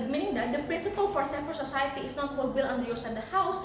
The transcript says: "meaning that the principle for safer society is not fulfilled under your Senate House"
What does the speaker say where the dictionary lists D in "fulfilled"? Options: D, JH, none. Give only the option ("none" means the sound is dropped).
none